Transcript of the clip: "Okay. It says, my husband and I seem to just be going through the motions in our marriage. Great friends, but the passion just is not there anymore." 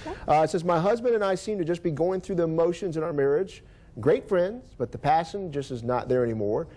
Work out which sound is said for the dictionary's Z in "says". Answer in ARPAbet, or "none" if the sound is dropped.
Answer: Z